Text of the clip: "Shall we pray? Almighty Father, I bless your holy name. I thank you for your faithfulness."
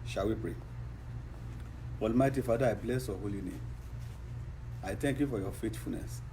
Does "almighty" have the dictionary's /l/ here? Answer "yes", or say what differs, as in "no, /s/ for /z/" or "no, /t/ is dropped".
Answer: yes